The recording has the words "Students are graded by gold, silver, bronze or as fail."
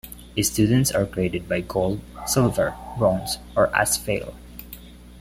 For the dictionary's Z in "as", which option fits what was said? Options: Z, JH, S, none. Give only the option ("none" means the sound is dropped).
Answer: S